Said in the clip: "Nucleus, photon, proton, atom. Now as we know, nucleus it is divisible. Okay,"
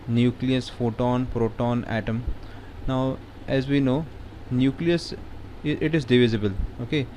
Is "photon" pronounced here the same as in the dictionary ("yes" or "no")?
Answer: yes